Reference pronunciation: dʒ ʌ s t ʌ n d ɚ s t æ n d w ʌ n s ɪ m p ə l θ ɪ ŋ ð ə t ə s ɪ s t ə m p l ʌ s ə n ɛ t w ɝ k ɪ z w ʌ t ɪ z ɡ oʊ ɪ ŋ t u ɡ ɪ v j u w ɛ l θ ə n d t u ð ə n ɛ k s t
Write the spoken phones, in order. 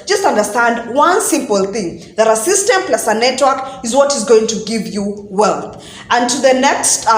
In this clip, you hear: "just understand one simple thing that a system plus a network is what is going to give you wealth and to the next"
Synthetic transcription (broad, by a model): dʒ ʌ s t ʌ n d ɚ s t æ n d w ʌ n s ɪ m p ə l θ ɪ ŋ ð ə t ə s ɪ s t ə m p l ʌ s ə n ɛ t w ɝ k ɪ z w ʌ t ɪ z ɡ oʊ ɪ ŋ t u ɡ ɪ v j u w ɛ l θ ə n t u ð ə n ɛ k s t